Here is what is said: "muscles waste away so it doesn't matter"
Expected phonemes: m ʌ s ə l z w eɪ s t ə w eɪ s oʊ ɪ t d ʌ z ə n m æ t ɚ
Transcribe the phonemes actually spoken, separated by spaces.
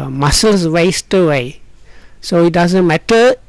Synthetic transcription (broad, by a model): m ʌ s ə l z w eɪ s t ə w eɪ s oʊ ɪ t d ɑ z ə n m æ t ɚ